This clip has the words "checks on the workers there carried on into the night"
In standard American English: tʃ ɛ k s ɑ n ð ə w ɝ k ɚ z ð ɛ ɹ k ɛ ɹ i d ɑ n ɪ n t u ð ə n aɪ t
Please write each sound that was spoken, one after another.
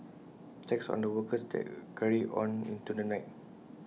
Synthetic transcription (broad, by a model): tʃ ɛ k s ɑ n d ə w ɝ k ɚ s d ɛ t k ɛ ɹ i ɑ n ɪ n t u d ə n aɪ t